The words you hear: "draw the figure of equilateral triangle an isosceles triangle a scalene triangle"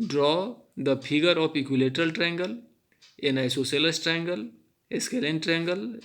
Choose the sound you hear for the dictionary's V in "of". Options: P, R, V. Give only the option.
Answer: P